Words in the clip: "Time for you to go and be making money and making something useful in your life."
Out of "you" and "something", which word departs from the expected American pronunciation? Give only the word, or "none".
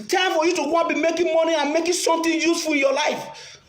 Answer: something